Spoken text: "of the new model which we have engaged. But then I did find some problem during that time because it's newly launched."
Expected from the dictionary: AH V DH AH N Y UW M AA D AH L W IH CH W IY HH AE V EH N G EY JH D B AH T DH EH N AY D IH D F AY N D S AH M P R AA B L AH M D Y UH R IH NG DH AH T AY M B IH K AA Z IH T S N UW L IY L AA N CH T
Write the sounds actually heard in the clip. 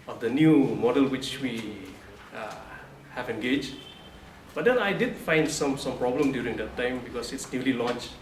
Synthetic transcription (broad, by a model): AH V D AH N Y UW M AA D AH L W IH CH W IY HH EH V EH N G EY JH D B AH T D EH N AY D IH D F AY N D S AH M P R AA B L AH M D Y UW R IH NG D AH T AY M B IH K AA S IH T S N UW L IY L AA N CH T